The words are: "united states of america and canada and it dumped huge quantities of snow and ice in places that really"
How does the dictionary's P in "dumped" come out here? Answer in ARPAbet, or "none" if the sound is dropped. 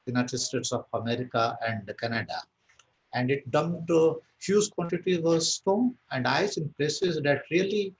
none